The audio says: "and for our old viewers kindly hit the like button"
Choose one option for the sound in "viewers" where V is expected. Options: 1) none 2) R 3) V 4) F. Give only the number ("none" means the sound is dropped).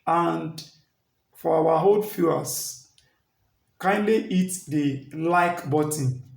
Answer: 4